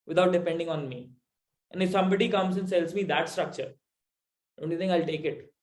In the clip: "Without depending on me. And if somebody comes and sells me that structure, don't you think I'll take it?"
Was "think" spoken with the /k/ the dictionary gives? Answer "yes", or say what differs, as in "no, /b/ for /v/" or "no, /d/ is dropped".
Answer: no, /k/ is dropped